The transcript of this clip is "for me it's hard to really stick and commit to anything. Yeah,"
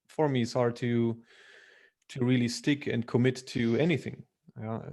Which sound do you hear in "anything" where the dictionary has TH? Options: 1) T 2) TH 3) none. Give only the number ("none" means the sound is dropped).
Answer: 2